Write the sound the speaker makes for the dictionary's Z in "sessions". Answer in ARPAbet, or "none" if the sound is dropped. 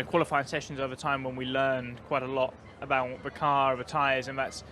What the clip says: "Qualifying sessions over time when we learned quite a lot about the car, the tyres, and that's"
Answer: Z